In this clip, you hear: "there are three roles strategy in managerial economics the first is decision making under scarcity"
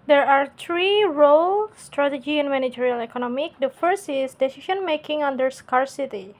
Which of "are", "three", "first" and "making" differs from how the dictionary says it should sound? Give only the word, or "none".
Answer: three